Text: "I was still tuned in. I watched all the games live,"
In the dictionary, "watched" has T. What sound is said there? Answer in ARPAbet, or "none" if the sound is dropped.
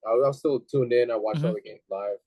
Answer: none